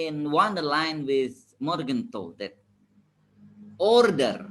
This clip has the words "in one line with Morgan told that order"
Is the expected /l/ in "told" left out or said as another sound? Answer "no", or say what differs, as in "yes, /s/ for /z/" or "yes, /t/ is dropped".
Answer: yes, /l/ is dropped